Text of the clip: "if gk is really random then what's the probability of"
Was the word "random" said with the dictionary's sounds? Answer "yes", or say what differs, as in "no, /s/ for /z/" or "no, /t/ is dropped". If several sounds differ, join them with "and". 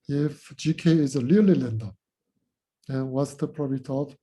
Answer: no, /l/ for /ɹ/